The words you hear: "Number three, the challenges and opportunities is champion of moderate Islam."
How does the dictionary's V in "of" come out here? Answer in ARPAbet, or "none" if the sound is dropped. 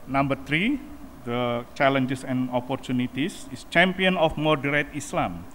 F